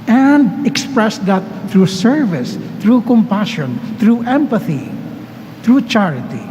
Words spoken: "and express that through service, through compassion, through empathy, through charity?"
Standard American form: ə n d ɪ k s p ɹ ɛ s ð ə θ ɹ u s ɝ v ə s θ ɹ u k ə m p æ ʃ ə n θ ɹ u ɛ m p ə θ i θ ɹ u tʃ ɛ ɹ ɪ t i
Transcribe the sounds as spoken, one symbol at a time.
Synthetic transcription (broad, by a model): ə n d ɪ k s p ɹ ɛ s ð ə t ɹ u s ɝ v ə s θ ɹ u k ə m p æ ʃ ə n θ ɹ u ɛ m p ə θ i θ ɹ u tʃ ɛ ɹ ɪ t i